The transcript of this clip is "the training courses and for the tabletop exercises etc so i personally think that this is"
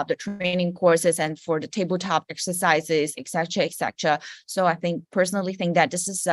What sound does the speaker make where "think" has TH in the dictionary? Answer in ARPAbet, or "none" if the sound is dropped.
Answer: TH